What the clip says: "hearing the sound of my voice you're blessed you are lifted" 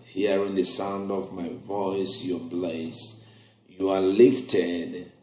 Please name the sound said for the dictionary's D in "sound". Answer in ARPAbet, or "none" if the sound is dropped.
D